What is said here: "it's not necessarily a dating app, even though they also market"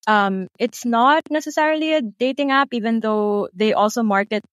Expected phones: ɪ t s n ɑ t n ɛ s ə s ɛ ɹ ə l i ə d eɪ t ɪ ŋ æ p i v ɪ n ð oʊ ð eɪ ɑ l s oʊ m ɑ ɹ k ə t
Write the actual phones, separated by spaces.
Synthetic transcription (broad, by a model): ɪ t s n ɑ t n ɛ s ə s ɛ ɹ ə l i ə d eɪ t ɪ ŋ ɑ p i v ɪ n ð oʊ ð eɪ ɑ l s oʊ m ɑ ɹ k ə t